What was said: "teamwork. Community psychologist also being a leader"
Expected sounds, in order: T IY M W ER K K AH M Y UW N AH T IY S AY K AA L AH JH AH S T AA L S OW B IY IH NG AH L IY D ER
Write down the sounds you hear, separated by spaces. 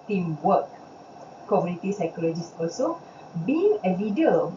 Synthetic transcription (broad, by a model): T IY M W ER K K AH M Y UW N AH T IY S AY K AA L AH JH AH S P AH S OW B IY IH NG AH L IY D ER